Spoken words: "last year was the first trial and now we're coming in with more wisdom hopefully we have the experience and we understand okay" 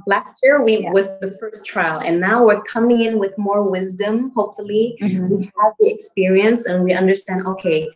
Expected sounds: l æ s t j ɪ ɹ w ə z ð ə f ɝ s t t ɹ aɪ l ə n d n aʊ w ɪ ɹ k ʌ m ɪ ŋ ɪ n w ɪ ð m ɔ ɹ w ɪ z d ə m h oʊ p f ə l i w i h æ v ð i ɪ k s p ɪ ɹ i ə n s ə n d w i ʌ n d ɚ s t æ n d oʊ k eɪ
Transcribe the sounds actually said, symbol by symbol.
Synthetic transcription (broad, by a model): l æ s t j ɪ ɹ w ə z ð ə f ɝ s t t ɹ aɪ l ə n n aʊ w ɪ ɹ k ʌ m ɪ ŋ ɪ n w ɪ ð m ɔ ɹ w ɪ z d ə m h oʊ p f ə l i w i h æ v ð i ɪ k s p ɪ ɹ i ə n s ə n w i ʌ n d ɚ s t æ n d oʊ k eɪ